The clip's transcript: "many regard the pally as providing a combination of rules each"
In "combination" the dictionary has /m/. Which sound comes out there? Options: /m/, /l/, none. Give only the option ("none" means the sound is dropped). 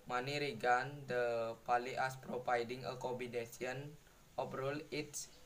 none